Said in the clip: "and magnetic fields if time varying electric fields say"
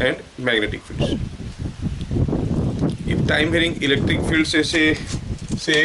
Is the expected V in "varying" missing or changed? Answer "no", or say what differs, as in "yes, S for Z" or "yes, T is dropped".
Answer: yes, B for V